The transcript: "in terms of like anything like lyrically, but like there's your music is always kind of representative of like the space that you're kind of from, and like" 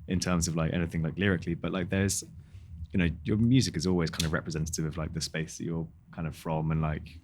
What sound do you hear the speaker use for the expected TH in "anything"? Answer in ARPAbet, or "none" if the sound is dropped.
TH